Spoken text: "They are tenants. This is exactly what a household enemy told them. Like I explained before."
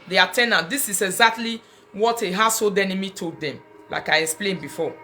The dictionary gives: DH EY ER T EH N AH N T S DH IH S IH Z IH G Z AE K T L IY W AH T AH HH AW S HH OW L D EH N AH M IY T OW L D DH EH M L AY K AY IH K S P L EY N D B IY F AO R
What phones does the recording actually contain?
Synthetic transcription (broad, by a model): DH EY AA T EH N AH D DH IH S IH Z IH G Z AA K T L IY W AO T AH HH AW S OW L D EH N AH M IY T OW D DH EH M L AY K AY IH K S P L EY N B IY F AO